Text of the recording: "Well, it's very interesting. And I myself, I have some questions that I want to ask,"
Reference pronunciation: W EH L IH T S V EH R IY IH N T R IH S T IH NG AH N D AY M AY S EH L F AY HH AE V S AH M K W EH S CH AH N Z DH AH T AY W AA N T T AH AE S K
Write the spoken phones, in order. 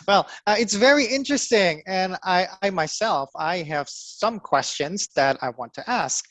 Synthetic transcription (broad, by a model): W EH L IH T S V EH R IY IH N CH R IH S T IH NG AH N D AY M AY S EH L F AY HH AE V S AH M K W EH S CH AH N Z DH AH T AY W AA N T T AE S K